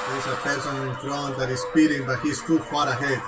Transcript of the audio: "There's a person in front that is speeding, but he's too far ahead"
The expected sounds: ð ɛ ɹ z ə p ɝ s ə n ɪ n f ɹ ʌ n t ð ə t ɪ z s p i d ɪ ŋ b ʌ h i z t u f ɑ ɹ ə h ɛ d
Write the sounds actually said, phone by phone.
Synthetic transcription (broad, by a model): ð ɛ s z ə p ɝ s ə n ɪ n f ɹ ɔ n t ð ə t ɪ s p i d ɪ ŋ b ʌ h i s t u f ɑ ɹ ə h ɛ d